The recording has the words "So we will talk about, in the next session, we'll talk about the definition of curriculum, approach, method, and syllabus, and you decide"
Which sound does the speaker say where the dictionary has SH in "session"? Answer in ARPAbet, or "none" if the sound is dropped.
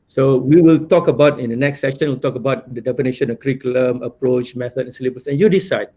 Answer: SH